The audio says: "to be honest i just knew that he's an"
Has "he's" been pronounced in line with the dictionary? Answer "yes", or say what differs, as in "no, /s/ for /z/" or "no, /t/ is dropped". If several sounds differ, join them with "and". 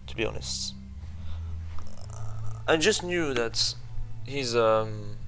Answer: yes